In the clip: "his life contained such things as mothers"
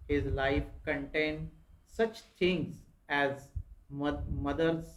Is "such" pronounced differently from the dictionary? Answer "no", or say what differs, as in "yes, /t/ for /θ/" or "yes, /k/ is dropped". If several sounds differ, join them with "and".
no